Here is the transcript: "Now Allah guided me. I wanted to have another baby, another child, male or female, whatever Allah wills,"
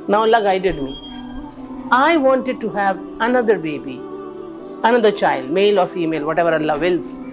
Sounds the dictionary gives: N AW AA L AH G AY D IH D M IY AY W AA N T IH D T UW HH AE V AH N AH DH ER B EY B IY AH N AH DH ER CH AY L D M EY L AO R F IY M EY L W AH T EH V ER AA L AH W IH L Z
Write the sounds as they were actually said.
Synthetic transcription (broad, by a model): N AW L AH G AY D IH D M IY AY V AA N T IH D T UW HH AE V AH N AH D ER B EY B IY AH N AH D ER CH AY L D M EY L AO R F IY M EY L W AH T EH V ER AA L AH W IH L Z